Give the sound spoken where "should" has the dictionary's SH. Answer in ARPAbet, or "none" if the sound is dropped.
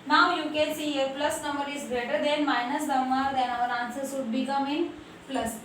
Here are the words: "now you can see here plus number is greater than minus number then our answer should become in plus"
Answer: S